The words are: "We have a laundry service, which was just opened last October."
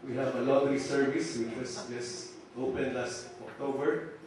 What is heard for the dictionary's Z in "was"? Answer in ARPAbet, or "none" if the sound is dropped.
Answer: S